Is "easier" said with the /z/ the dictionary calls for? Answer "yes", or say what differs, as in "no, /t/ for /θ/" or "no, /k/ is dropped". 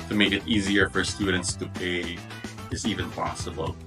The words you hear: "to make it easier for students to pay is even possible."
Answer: yes